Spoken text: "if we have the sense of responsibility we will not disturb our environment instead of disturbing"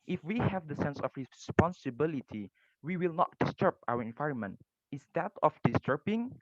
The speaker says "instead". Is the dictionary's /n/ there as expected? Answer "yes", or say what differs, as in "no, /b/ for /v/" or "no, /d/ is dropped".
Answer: no, /n/ is dropped